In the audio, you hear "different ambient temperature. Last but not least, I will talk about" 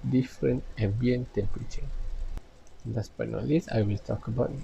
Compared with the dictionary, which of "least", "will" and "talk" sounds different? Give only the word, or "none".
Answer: least